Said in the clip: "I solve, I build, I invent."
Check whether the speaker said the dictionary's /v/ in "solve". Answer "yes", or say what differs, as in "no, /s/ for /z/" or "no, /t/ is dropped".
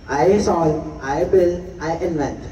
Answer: no, /v/ is dropped